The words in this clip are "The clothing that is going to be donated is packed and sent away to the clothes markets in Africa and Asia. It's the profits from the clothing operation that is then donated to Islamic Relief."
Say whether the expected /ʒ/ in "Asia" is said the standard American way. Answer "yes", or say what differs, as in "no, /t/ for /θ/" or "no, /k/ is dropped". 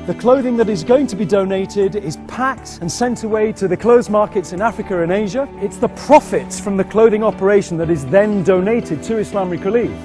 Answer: yes